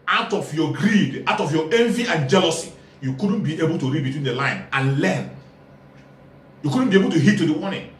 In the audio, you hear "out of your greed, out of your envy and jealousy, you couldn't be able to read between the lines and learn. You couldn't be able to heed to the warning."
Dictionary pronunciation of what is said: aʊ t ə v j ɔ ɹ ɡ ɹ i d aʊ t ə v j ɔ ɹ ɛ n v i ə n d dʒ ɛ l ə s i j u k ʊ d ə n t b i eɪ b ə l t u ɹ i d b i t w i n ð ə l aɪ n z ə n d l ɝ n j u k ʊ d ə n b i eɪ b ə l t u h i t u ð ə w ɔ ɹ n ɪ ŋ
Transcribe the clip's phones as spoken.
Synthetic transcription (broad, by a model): aʊ t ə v j ɔ ɡ ɹ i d aʊ t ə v j ɔ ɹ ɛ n v i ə n dʒ ɛ l ə s i j u k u d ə n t b i eɪ b ə l t u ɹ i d b i t w i n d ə l aɪ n ə n l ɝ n j u k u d n b i eɪ b ə l t u h i t u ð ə w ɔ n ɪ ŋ